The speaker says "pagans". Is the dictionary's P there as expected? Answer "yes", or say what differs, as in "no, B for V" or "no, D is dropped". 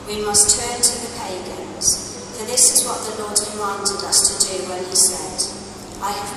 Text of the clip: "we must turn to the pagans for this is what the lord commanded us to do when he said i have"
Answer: yes